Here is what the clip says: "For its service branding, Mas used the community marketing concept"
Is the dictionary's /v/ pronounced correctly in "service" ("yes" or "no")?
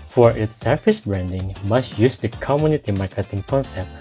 no